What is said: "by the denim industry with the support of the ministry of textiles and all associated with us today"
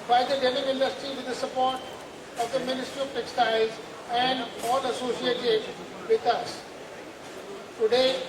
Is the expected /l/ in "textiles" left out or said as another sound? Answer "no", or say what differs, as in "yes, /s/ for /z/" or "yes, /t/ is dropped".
yes, /l/ is dropped